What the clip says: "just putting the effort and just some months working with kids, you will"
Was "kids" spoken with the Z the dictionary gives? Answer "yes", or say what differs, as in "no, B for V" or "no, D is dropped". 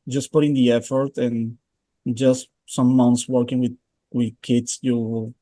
no, S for Z